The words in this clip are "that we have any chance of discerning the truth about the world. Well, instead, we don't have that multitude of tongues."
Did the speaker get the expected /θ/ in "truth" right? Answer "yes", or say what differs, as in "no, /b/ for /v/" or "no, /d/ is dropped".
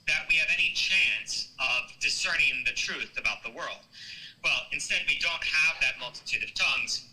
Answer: yes